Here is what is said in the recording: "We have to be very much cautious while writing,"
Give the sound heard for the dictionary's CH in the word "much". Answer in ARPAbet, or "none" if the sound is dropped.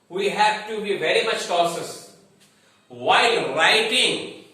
CH